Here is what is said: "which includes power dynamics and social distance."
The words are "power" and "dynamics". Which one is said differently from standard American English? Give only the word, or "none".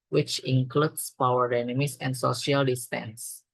dynamics